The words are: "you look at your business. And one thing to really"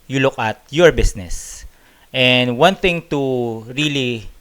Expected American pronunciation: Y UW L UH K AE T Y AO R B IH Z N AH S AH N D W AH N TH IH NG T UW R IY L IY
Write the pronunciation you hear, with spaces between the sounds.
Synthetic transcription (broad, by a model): Y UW L UH K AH T Y AO R B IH S N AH S AH N D W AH N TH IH NG T UW R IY L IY